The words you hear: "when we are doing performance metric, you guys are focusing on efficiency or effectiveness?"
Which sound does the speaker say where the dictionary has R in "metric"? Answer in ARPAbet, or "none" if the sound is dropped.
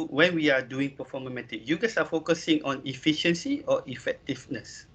none